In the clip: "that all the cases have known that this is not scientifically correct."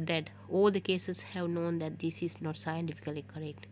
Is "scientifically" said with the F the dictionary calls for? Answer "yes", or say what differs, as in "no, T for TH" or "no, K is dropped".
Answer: yes